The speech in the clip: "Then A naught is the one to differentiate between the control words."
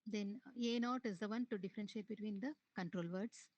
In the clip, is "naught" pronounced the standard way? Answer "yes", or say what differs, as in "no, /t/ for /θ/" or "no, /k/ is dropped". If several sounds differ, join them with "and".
yes